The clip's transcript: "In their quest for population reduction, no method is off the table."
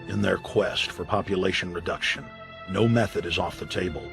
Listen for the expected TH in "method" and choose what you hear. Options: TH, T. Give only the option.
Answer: TH